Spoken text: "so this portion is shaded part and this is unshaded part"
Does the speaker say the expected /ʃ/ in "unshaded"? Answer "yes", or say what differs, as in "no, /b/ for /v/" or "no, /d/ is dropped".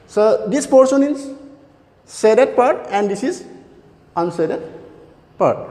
no, /s/ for /ʃ/